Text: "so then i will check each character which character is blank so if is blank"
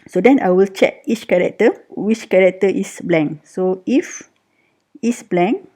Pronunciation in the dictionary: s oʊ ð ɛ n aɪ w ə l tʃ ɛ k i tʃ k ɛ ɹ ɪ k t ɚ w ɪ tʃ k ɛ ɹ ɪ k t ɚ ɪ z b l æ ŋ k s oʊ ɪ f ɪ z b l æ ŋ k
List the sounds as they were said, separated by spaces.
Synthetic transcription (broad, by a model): s oʊ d ɛ n aɪ w ə l tʃ ɛ k i tʃ k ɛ ɹ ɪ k t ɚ w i tʃ k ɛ ɹ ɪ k t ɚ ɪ s b l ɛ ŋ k s oʊ ɪ f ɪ s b l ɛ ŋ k